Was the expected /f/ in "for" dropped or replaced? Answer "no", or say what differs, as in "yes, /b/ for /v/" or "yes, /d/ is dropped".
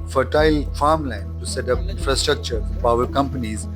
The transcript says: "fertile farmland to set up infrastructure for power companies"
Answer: yes, /p/ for /f/